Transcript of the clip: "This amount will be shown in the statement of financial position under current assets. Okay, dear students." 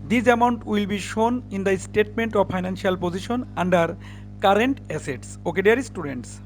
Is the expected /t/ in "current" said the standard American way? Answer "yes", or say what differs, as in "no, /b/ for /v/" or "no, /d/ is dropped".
yes